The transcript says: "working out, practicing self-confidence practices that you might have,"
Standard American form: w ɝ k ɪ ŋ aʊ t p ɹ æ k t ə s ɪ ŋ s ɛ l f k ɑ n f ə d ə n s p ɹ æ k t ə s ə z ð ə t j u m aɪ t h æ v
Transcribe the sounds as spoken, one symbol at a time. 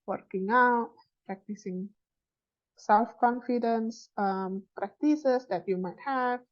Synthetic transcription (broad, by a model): w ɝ k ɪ ŋ aʊ t p ɹ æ k t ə s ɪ ŋ s ɛ l f k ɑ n f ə d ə n s p ɹ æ k t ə s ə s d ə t j u m aɪ t h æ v